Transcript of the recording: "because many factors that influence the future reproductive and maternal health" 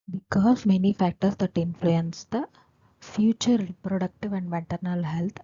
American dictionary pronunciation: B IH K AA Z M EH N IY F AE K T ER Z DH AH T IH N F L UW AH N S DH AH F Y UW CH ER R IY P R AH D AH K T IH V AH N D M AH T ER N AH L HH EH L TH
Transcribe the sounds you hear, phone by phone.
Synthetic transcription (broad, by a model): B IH K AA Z M EH N IY F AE K T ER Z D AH T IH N F L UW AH N S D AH F Y UW CH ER R IY P R AH D AH K T IH V AH N D M AH T ER N AH L HH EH L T